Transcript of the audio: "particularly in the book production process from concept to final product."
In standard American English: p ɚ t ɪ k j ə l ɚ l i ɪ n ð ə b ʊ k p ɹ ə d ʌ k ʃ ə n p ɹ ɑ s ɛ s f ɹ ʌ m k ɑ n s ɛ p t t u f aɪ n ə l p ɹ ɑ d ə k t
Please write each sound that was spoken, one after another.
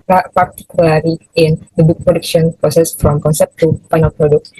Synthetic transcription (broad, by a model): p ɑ t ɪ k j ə l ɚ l i ɪ n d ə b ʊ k p ɹ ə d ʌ k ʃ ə n p ɹ ɑ s ɛ s f ɹ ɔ m k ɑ n s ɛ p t t u p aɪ n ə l p ɹ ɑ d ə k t